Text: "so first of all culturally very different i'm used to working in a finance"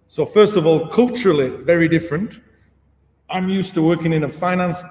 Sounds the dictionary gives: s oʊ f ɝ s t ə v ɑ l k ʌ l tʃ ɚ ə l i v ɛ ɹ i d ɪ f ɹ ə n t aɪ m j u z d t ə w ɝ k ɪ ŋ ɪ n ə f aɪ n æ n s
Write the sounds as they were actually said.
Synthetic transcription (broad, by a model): s oʊ f ɝ s t ə v ɑ l k ʌ l tʃ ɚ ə l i v ɛ ɹ i d ɪ f ɹ ə n t aɪ m j u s t ə w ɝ k ɪ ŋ ɪ n ə f aɪ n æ n s